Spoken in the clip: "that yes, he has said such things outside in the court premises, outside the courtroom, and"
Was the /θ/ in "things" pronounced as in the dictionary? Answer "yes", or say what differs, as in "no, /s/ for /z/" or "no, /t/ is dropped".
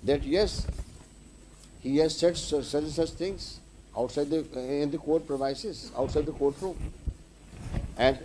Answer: no, /t/ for /θ/